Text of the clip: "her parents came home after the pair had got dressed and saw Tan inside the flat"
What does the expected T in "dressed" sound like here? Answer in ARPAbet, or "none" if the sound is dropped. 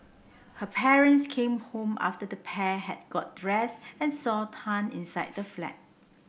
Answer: none